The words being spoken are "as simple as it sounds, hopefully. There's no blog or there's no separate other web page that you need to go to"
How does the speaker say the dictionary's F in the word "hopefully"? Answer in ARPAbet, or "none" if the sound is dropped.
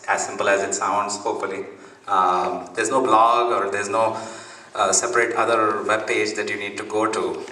none